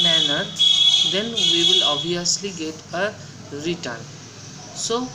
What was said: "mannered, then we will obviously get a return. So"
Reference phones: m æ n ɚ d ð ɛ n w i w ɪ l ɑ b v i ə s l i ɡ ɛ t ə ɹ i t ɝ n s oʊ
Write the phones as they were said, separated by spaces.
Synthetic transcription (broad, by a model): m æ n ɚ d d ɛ n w i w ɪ l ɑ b i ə s l i ɡ ɛ t ə ɹ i t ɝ n s oʊ